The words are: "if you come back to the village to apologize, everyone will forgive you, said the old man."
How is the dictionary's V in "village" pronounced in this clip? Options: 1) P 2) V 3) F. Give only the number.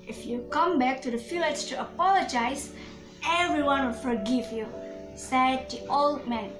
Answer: 3